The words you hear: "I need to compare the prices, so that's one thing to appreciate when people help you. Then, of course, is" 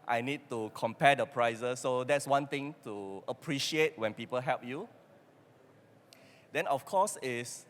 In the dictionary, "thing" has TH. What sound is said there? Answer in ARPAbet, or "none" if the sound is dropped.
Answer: T